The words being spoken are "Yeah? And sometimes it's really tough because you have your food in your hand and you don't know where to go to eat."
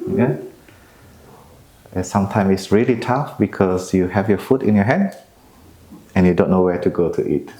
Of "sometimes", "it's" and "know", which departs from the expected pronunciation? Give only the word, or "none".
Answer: sometimes